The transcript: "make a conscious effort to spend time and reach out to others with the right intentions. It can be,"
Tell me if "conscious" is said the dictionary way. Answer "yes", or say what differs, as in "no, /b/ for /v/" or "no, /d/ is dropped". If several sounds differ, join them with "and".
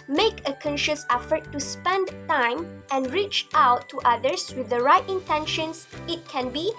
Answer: yes